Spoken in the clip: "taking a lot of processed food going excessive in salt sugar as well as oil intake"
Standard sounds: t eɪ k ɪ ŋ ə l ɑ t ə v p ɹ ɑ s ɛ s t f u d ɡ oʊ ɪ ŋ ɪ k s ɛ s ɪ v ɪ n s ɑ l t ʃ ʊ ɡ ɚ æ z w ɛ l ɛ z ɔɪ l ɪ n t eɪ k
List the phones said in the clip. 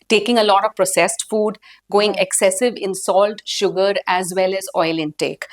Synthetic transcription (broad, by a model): t eɪ k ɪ ŋ ə l ɑ t ə v p ɹ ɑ s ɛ s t f u d ɡ oʊ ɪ ŋ ɪ k s ɛ s ɪ v ɪ n s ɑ l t ʃ ʊ ɡ ɚ æ z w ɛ l ɛ z ɔɪ l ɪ n t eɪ k